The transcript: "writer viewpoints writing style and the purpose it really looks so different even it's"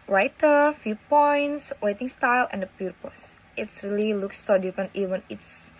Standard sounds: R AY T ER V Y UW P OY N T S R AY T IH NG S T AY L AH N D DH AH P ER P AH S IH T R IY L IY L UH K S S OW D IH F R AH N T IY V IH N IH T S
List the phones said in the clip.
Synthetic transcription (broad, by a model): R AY T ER F Y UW P OY N T S W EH T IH NG S T AY L AH N D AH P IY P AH S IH T R IY L IY L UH K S S OW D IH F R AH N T IY V IH N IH T S